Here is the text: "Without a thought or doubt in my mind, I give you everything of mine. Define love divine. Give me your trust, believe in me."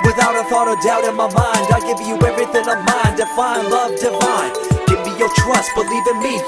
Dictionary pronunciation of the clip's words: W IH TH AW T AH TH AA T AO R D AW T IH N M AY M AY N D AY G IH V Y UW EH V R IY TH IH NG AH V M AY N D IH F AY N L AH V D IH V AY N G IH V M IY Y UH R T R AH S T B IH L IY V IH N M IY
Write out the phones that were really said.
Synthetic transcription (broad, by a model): W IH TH AW T AH TH AA T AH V D AW T IH N M AY M AY N D AY G IH V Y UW EH V R IY TH IH NG AH V M AY N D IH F AY N L AH V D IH F AY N G IH V M IY Y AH R T R AH S T B IH L IY V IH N M IY